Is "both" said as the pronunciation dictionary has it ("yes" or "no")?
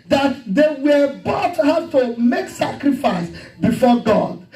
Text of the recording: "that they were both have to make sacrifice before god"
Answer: no